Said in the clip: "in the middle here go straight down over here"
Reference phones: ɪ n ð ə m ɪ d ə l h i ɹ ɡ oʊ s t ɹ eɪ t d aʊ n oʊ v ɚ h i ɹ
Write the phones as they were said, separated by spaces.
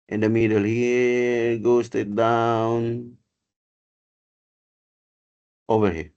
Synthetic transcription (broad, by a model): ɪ n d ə m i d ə l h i ɡ oʊ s t eɪ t d aʊ n oʊ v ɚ h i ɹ